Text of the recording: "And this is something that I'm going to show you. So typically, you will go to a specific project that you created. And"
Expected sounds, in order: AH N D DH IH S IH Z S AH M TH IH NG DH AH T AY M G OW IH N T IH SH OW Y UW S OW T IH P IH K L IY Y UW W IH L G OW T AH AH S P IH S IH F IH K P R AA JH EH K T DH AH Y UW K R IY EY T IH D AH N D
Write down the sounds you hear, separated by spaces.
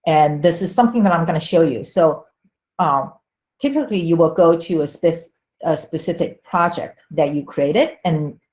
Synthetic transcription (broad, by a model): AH N DH IH S IH Z S AH M TH IH NG DH AH T AY M G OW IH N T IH SH OW Y UW S OW T IH P IH K L IY Y UW W IH L G OW T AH AH S P IH S IH F IH K P R AA JH EH K T DH AH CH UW K R IY EY T IH D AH N